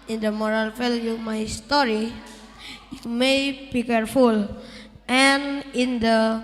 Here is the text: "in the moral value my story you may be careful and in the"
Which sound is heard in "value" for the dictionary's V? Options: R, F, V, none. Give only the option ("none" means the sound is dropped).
F